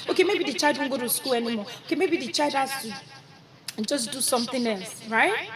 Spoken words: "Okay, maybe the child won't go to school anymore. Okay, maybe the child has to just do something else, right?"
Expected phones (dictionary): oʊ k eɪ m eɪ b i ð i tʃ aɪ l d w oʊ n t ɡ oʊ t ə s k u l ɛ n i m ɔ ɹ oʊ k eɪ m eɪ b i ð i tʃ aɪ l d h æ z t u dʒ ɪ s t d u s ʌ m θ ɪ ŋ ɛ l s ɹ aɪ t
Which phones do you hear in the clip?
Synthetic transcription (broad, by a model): oʊ k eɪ m eɪ b i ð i tʃ aɪ l d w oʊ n ɡ oʊ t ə s k u l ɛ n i m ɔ oʊ k eɪ m eɪ b i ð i tʃ aɪ l d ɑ s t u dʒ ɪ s d u s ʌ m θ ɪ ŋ ɛ l s ɹ aɪ t